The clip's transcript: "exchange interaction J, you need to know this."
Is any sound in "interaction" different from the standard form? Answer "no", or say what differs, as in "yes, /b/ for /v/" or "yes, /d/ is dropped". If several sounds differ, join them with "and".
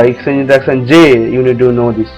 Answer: yes, /s/ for /ʃ/